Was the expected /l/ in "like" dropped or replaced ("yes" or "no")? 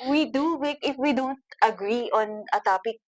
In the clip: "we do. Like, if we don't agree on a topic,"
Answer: yes